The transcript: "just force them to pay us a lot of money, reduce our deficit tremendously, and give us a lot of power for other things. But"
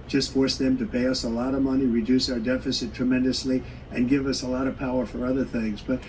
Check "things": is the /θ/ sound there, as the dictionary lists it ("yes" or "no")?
yes